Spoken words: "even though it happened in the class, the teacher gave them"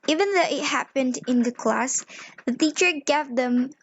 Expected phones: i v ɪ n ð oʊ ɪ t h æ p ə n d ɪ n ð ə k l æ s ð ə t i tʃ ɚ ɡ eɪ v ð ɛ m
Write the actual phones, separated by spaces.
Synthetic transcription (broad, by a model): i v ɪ n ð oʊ ɪ t h æ p ə n d ɪ n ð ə k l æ s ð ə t i tʃ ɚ ɡ eɪ v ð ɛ m